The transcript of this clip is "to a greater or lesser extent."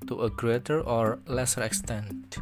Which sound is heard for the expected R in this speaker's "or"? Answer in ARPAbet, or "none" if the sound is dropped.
R